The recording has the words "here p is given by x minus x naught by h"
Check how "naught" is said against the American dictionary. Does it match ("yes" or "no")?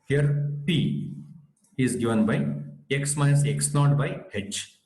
no